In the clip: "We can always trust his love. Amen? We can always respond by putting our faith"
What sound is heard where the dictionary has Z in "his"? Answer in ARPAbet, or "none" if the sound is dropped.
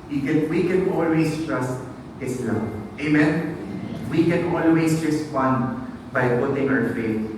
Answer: S